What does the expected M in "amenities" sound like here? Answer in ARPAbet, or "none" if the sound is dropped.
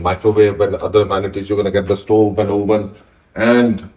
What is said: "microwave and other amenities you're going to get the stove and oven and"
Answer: none